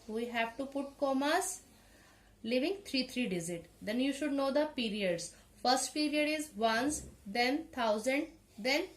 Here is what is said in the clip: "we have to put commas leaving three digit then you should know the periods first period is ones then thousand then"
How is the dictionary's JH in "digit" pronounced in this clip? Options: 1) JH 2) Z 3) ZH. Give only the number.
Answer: 2